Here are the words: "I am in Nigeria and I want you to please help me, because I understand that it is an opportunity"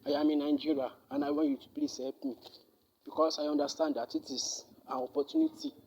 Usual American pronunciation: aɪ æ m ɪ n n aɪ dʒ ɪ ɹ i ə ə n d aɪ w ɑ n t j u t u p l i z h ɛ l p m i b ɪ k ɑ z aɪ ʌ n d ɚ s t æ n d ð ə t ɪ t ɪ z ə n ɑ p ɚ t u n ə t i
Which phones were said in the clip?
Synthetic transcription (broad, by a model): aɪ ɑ m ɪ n n aɪ dʒ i ɹ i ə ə n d aɪ w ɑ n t j u t u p l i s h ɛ p m i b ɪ k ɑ s aɪ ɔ n d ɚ s t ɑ n d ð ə t ɪ t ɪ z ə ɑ p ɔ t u n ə t i